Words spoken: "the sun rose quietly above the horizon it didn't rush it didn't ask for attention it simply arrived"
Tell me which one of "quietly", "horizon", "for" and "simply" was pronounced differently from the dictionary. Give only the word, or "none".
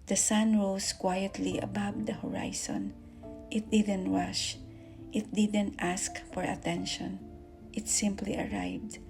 horizon